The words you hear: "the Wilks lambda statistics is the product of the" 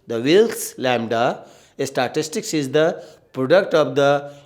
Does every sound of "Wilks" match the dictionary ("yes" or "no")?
no